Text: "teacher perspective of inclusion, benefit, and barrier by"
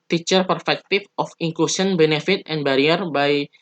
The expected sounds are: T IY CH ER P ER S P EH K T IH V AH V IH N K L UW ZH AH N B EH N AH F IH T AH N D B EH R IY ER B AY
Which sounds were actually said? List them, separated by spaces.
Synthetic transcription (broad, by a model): T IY CH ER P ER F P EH K T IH F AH F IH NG K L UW S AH N B EH N AH F IH T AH N B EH R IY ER B AY